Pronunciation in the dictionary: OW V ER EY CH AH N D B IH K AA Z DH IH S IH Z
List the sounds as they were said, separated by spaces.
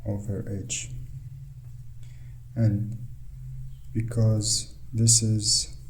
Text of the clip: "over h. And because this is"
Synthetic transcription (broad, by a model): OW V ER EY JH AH N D B IH K AA Z DH IH S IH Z